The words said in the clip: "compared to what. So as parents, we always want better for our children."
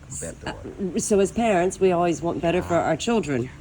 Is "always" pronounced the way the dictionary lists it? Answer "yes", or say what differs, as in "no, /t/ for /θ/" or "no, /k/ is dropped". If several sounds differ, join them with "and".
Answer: yes